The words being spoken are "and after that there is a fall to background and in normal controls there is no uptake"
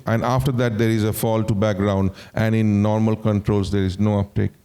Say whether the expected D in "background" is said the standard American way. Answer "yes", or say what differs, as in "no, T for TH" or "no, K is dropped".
yes